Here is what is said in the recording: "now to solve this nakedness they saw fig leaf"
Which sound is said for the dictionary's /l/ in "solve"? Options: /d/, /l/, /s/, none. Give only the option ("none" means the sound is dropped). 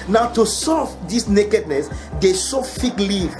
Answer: none